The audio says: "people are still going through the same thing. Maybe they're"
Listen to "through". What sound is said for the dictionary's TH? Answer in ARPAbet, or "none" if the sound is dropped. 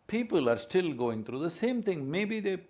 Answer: T